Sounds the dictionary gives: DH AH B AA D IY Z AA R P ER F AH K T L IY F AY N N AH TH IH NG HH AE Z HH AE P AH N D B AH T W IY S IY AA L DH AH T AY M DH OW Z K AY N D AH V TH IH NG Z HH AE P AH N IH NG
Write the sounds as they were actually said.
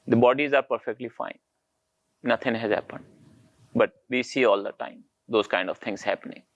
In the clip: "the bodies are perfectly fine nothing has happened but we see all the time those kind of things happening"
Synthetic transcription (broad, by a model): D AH B AA D IY Z AA R P ER F AH K T L IY F AY N N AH T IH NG HH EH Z HH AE P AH N D B AH T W IY S IY AA L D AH T AY M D OW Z K AY N D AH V T IH NG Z HH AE P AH N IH NG